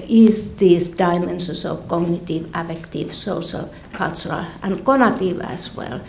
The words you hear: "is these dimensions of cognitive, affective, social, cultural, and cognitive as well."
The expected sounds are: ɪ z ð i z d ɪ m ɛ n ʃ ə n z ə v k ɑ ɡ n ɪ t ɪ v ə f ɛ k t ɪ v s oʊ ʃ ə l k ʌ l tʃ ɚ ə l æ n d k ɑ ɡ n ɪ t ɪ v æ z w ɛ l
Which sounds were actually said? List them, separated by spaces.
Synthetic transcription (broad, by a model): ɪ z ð i s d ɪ m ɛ n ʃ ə n s ə v k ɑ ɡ n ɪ t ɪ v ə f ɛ k t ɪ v s oʊ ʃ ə l k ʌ l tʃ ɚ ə l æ n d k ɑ n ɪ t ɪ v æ s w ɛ l